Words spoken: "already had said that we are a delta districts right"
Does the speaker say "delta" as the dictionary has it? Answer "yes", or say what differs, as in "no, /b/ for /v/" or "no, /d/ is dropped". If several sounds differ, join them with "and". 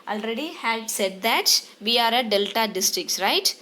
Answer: yes